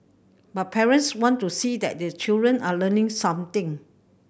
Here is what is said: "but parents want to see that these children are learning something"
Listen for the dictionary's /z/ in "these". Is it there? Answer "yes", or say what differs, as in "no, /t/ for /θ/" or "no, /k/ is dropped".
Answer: no, /z/ is dropped